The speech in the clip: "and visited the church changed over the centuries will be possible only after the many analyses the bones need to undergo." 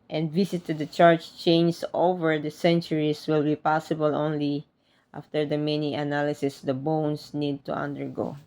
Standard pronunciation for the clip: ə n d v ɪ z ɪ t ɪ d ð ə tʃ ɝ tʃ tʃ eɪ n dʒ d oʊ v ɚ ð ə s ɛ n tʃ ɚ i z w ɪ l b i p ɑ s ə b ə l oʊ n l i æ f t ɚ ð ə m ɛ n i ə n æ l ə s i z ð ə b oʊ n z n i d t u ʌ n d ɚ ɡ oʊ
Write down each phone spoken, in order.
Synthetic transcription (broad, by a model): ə n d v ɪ s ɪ t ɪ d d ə tʃ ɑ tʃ tʃ eɪ n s oʊ v ɚ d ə s ɛ n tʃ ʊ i s w ɪ l b i p ɑ s ə b ə l oʊ n l i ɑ f t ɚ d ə m ɛ n i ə n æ l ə s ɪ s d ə b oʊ n s n i d t u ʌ n d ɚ ɡ oʊ